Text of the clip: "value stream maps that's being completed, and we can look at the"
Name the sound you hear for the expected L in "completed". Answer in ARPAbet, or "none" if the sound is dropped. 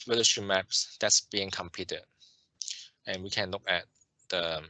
none